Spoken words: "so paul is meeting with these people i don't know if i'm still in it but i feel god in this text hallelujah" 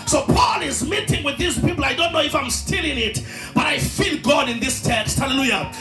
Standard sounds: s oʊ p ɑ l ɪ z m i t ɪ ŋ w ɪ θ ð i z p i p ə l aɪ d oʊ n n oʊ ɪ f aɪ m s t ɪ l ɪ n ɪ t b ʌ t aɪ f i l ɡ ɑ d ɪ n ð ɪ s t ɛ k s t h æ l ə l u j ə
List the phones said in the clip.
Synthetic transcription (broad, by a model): s oʊ p ɑ l ɪ z m i t ɪ ŋ w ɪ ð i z p i p l aɪ d oʊ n n oʊ ɪ f aɪ m s t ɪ l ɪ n ɪ t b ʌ t aɪ f i l ɡ ɑ d ɪ n ð ɪ s t ɛ k s t h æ l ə l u j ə